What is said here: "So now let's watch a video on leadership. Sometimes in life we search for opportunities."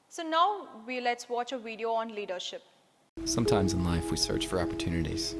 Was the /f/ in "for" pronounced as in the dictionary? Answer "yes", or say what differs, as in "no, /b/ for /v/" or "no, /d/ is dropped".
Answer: yes